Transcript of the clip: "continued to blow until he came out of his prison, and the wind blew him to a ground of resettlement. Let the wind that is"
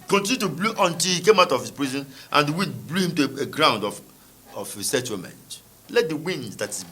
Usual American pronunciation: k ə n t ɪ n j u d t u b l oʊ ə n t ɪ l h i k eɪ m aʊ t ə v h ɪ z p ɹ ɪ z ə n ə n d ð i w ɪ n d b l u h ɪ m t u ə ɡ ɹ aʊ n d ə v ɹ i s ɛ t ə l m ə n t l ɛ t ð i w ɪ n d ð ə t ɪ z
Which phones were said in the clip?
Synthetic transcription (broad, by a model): k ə n t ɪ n j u t u b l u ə n t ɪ l h i k eɪ m aʊ t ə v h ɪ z p ɹ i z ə n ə n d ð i w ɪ n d b l u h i m t u ə ɡ ɹ aʊ n d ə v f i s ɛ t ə m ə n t l ɛ t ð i w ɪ n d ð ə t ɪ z